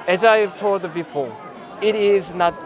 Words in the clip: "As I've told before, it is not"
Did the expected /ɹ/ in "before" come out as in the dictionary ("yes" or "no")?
no